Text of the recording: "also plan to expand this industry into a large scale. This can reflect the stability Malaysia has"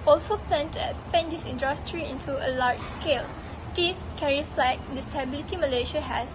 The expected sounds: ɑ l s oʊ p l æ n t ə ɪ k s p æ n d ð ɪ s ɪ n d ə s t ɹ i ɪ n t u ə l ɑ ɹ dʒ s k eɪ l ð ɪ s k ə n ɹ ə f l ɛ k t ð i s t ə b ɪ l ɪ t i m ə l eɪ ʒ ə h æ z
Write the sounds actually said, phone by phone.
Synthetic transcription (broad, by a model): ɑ l s oʊ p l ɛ n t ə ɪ s p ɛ n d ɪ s ɪ n d ə s t ɹ i ɪ n t u ə l ɑ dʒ s k eɪ l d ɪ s k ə ɹ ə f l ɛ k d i s t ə b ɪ l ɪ t i m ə l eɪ ʃ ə h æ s